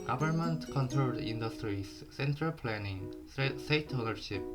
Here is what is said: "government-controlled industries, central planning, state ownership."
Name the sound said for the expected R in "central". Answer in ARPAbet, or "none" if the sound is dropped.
R